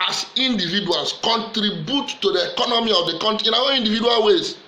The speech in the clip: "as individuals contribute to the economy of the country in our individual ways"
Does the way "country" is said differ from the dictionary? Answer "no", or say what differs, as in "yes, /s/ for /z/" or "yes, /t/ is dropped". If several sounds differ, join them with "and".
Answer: yes, /ɹ/ is dropped